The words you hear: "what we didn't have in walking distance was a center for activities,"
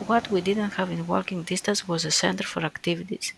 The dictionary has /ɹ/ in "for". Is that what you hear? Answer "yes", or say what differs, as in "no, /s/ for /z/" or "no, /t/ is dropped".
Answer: yes